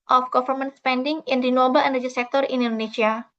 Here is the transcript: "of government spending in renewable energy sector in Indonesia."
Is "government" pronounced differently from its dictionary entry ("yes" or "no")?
yes